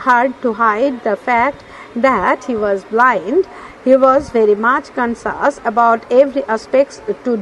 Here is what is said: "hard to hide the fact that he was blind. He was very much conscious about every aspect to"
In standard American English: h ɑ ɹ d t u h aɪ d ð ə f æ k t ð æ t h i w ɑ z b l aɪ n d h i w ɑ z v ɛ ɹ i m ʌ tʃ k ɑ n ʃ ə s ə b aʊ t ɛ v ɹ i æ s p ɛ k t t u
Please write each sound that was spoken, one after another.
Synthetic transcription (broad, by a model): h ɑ ɹ d t u h aɪ d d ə f æ k t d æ t h i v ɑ z b l aɪ n d h i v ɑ z v ɛ ɹ i m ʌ tʃ k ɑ n s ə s ə b aʊ t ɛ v ɹ i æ s p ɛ k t t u